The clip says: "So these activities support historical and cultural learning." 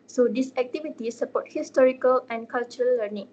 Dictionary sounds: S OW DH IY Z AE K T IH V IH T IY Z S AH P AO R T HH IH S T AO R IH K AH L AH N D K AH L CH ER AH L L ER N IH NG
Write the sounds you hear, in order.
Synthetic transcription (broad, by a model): S OW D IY S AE K T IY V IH T IY S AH P AO T HH IH S T AO R IH K AH L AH N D K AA L CH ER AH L L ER N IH NG